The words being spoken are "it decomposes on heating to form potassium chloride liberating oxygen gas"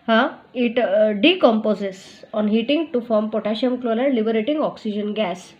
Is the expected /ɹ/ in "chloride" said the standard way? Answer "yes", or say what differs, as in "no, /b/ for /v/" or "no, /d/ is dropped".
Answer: no, /l/ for /ɹ/